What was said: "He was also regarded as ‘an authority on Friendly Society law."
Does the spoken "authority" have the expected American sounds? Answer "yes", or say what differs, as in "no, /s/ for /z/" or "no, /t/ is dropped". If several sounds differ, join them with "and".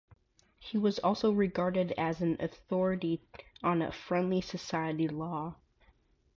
yes